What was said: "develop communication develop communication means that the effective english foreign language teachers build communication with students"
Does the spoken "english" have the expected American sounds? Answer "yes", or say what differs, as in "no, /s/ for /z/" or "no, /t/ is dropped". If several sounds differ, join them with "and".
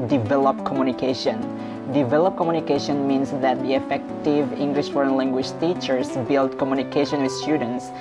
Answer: yes